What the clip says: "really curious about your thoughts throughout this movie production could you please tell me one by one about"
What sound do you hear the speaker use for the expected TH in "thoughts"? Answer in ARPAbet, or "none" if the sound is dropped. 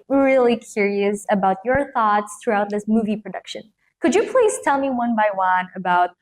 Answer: TH